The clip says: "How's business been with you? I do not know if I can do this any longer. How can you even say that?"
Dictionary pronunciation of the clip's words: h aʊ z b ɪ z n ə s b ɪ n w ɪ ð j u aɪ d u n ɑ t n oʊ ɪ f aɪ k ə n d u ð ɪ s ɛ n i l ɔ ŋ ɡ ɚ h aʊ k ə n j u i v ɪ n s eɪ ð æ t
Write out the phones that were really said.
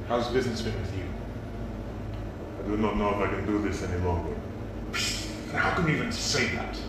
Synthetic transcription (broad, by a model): h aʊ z b ɪ z n ə s b ɪ n w ɪ ð j u aɪ d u n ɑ t n oʊ ɪ f aɪ k ə n d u ð ɪ s ɛ n i l ɔ ŋ ɡ ɚ h aʊ k ə n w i i v ɪ n s eɪ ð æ t